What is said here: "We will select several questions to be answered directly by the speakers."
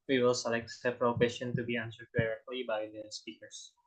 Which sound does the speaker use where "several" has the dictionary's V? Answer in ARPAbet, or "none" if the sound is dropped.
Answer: P